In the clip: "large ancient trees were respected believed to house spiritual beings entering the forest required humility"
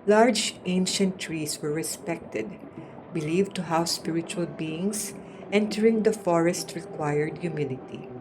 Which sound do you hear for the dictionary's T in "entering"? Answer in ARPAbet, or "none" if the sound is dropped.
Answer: T